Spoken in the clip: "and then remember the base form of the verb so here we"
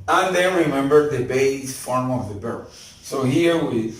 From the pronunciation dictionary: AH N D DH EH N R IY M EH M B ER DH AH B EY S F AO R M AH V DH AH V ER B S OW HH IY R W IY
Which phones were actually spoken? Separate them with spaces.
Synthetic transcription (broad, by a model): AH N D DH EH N R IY M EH M B ER DH AH B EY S F AO R M AH V DH AH B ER S OW HH IY R W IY